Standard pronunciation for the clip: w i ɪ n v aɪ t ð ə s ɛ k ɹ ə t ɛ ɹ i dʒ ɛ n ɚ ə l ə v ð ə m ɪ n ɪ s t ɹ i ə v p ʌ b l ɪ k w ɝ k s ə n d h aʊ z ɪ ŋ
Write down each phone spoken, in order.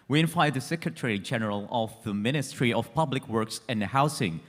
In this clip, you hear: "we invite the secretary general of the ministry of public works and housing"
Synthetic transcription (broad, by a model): w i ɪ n f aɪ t ð ə s ɛ k ɹ ə t ɛ ɹ i dʒ ɛ n ɚ ə l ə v ð ə m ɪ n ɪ s t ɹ i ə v p ʌ b l ɪ k w ɝ k s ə n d h aʊ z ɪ ŋ